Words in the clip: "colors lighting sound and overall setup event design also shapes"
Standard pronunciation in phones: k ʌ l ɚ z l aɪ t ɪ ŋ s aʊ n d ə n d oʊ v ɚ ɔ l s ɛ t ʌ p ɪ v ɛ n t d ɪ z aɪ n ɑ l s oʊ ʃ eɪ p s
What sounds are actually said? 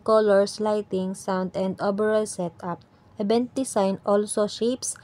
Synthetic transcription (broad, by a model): k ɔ l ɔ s l aɪ t ɪ ŋ s aʊ n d ə n d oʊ b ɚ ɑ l s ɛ t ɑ p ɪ b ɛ n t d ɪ s aɪ n ɑ l s oʊ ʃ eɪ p s